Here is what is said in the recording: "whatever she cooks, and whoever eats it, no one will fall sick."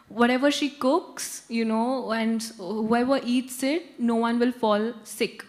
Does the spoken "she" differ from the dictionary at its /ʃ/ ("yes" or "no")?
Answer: no